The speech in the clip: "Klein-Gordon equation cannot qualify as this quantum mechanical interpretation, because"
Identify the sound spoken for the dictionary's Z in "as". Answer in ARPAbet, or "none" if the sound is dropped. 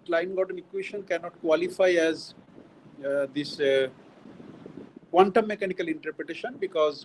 Z